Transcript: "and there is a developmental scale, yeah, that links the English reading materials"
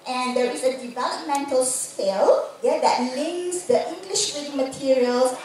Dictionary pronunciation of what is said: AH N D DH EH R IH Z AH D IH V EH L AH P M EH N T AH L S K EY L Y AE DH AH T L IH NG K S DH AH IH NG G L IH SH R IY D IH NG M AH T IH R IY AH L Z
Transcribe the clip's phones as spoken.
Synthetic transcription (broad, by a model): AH N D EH R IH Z AH D IH V EH L AH P M EH N T AH L S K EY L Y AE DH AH T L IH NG S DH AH IH NG G L IH SH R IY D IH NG M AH T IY R IY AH L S